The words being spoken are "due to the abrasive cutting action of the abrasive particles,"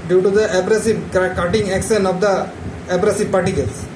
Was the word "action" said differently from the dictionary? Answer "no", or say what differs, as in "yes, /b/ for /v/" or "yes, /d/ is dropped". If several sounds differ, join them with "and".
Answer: yes, /s/ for /ʃ/